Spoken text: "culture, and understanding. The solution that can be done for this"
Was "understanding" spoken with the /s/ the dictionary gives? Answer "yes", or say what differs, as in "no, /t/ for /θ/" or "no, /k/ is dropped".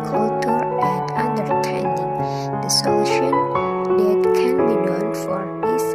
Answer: no, /s/ is dropped